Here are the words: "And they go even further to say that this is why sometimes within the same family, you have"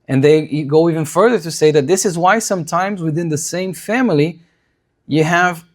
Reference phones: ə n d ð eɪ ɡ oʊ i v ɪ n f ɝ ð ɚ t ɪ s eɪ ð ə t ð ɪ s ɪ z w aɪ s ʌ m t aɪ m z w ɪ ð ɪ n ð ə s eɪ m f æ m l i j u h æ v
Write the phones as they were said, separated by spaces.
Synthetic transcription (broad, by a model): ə n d ð eɪ ɡ oʊ i v ɪ n f ɝ ð ɚ t ɪ s eɪ ð ə t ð ɪ s ɪ z w aɪ s ʌ m t aɪ m z w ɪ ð ɪ n ð ə s eɪ m f æ m l i j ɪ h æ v